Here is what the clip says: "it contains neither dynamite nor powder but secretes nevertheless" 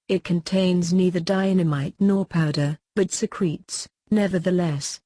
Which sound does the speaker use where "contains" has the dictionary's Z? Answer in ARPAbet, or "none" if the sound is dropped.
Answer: Z